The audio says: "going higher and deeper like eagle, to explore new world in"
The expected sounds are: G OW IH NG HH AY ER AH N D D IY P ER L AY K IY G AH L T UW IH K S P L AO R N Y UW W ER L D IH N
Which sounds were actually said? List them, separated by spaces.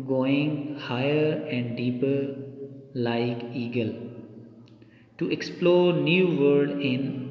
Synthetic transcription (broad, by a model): G OW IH NG HH AY ER AH N D D IY P ER L AY K IY G AH L T UW IH K S P L AO R N Y UW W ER D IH N